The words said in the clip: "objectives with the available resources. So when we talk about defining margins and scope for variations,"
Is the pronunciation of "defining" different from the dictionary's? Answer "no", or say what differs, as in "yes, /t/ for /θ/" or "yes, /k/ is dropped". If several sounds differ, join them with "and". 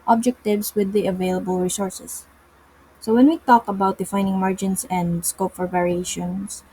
no